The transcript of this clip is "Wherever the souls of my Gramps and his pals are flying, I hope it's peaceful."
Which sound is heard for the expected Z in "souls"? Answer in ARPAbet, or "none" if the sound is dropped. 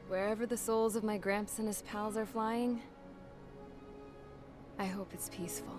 Z